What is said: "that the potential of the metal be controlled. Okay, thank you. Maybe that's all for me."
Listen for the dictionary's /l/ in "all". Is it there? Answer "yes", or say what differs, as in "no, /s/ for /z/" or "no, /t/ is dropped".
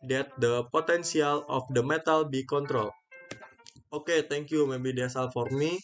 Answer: yes